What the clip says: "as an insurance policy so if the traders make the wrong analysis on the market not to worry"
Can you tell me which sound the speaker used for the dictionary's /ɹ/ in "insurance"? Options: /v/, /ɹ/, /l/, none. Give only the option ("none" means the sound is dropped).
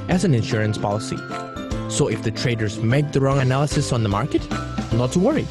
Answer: /ɹ/